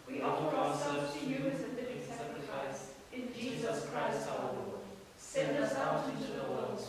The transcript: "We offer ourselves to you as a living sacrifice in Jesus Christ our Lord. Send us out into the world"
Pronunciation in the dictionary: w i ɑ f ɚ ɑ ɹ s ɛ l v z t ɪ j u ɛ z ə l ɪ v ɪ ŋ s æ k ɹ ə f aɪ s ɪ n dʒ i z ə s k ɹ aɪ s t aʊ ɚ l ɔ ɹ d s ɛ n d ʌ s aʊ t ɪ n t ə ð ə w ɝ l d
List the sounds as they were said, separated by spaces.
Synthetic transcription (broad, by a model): w i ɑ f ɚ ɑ ɹ s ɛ l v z t ɪ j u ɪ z ə n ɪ ɪ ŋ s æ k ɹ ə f aɪ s ɪ n dʒ i z ə s k ɹ aɪ s t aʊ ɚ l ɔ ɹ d s ɛ n d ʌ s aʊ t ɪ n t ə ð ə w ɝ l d